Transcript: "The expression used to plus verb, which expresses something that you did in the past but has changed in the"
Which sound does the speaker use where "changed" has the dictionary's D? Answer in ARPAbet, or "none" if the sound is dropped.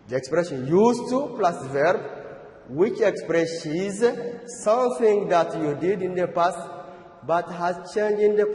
none